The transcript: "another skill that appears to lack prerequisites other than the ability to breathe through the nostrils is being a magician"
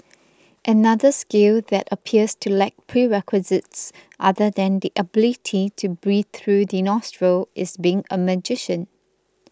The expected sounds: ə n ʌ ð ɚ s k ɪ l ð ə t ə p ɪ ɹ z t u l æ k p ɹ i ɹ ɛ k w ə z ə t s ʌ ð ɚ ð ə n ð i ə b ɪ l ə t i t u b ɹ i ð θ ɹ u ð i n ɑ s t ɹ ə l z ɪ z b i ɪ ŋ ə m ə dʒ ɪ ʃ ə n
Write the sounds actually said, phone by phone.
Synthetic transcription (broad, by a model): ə n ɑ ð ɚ s k ɪ l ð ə t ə p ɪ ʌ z t u l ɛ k p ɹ i ɹ ɛ k w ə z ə t s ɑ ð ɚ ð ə n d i ə b ɪ l ə t i t u b ɹ i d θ ɹ u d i n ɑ s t ɹ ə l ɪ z b i ɪ ŋ ə m ə dʒ ɪ ʃ ə n